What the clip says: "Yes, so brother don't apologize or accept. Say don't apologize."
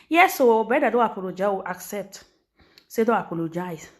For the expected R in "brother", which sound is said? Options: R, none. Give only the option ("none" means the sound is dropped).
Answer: none